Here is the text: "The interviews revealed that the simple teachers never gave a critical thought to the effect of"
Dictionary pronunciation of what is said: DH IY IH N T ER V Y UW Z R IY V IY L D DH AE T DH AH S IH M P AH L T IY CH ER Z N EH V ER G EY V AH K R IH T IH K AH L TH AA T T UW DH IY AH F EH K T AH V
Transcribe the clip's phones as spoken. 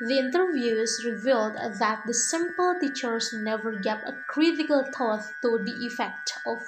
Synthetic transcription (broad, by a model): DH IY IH N T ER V Y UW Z R IY V IY L D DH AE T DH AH S IH M P AH L T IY CH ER S N EH V ER G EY P AH K R IH T IH K AH L T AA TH T UW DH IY AH F EH K T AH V